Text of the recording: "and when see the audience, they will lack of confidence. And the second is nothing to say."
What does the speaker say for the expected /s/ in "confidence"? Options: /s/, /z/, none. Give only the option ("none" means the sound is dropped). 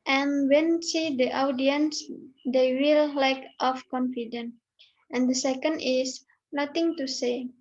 none